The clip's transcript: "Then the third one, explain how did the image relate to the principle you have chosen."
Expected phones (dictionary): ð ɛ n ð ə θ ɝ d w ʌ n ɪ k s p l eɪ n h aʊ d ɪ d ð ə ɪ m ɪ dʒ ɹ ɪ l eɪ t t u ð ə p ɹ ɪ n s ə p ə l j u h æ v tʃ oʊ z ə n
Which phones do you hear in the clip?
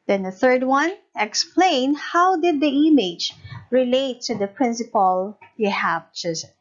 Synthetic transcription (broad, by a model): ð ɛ n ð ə θ ɝ d w ʌ n ɪ k s p l eɪ n h aʊ d ɪ d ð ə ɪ m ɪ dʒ ɹ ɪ l eɪ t t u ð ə p ɹ ɪ n s ə p ə l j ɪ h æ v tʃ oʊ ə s